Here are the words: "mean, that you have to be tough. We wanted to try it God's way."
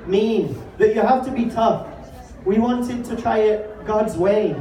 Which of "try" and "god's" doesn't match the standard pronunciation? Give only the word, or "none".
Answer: none